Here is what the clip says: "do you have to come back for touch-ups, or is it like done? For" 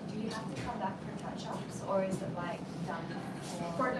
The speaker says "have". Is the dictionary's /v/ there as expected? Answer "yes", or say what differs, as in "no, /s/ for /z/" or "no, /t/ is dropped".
no, /f/ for /v/